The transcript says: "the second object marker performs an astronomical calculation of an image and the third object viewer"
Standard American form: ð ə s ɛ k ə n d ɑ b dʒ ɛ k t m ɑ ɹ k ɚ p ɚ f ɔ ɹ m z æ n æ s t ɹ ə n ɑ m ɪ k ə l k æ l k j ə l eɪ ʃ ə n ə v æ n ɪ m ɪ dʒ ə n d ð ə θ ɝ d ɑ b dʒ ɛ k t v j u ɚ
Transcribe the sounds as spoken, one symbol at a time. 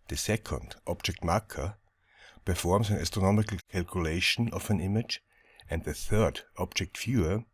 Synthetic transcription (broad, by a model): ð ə s ɛ k ə n d ɑ b dʒ ɛ k t m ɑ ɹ k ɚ p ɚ f ɔ ɹ m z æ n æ s t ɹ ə n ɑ m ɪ k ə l k æ l k j ə l eɪ ʃ ə n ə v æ n ɪ m ɪ dʒ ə n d ð ə θ ɝ d ɑ b dʒ ɛ k t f j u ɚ